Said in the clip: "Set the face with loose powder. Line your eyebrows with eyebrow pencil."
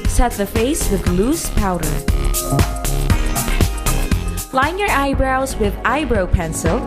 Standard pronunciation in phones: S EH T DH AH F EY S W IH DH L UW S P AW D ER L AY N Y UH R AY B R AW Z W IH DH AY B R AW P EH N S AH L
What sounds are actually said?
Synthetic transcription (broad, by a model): S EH T DH AH F EY S W IH DH L UW S P AW D ER L AY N Y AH R AY B R AW Z W IH DH AY B R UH P EH N S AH L